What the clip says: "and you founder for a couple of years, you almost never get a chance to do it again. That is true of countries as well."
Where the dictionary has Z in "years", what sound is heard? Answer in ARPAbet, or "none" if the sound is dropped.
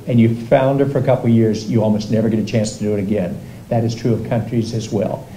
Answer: Z